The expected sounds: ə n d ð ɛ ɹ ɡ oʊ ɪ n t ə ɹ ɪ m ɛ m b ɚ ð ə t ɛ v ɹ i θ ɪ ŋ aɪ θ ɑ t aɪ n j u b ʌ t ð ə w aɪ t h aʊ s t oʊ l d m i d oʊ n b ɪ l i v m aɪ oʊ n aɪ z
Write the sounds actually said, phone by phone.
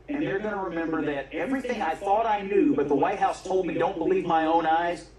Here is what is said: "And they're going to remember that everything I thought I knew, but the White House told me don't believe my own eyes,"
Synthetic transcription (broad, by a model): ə n ð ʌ ɹ ɡ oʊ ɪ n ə ɹ ɪ m ɛ m b ɚ ð ə t ɛ v ɹ i θ ɪ ŋ aɪ θ ɑ t aɪ n j u b ʌ t ð ə w aɪ t h aʊ s t oʊ l d m i d oʊ n b ɪ l i v m aɪ oʊ n aɪ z